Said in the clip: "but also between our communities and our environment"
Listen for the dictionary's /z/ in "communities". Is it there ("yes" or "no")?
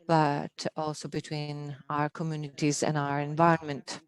yes